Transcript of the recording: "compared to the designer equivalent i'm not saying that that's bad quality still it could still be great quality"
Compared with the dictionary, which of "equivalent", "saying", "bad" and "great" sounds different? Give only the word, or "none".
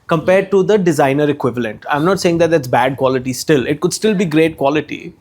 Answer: none